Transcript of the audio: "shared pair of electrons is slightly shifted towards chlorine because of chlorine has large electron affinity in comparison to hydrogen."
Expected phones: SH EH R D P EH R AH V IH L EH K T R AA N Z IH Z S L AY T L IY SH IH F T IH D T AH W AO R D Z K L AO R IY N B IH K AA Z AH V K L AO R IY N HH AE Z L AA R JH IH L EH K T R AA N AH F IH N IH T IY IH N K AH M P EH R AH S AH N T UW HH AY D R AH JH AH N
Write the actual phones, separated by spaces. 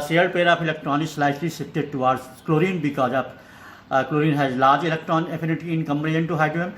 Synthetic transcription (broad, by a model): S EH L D P EH R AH P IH L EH K T R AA N IH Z S L AY T L IY S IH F T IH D T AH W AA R D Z K L AO R IY N B IH K AA Z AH P K L AO R IY N HH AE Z L AA R JH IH L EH K T R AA N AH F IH N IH T IY IH N K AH M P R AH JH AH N T UW HH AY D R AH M